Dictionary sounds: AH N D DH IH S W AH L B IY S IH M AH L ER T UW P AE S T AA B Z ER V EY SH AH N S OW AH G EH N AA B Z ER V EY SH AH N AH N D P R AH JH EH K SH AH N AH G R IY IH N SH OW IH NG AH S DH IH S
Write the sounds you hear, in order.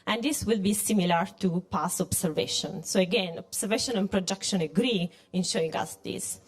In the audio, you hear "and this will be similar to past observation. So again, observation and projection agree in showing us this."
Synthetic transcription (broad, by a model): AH N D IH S W AH L B IY S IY M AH L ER T UW P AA S AA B S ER V EY SH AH N S OW AH G EH N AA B S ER V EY SH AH N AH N P R AH JH EH K SH AH N AH G R IY IH N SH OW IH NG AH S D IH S